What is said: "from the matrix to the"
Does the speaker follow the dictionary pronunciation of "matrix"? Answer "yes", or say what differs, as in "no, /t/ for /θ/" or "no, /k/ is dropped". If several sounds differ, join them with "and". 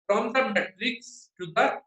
yes